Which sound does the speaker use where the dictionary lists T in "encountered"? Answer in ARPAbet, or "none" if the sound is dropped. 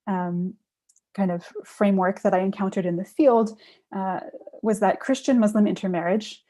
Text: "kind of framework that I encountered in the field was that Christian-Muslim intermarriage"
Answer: T